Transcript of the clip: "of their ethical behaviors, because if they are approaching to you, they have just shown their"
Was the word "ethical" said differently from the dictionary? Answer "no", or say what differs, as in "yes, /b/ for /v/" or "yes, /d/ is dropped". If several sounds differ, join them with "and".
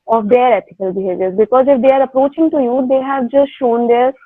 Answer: yes, /t/ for /θ/